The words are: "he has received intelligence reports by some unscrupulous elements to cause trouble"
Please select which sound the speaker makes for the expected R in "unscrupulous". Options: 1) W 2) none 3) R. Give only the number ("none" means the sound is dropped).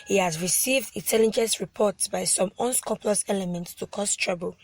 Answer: 2